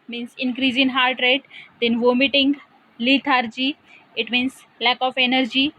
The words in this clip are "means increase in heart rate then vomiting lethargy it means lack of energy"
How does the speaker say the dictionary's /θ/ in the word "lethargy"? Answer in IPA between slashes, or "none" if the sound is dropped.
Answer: /t/